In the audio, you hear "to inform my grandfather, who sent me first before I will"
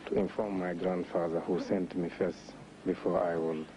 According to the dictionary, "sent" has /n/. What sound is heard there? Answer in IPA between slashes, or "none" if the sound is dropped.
/n/